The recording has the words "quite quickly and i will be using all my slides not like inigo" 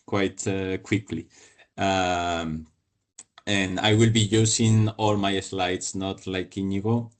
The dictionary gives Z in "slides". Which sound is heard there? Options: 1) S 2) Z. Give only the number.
1